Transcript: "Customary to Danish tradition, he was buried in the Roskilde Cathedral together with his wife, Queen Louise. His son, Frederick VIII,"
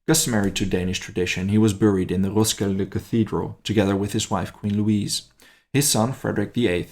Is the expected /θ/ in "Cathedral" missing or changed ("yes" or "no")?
no